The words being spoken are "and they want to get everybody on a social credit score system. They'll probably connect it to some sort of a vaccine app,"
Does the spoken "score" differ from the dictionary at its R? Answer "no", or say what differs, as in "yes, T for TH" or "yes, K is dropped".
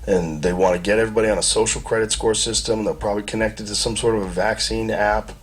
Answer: no